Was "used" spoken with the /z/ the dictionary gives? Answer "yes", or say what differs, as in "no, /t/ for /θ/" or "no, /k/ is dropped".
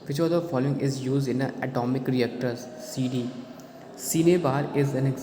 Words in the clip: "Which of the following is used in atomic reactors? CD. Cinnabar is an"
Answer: yes